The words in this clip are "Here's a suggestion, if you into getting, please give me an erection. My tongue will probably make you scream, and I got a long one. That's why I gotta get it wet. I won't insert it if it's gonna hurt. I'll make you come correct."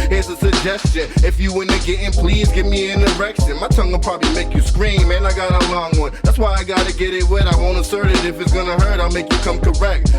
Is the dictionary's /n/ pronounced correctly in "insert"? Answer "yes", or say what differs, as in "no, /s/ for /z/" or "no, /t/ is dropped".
no, /n/ is dropped